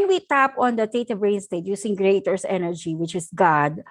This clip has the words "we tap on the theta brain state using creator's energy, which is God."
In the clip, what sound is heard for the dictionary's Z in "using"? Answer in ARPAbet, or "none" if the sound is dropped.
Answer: S